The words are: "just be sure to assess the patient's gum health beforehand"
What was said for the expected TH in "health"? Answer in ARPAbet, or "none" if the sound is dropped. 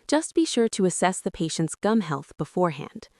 TH